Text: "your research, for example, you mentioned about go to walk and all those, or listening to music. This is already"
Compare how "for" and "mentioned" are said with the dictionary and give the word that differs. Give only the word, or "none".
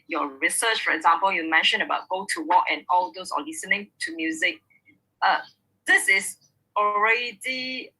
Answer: mentioned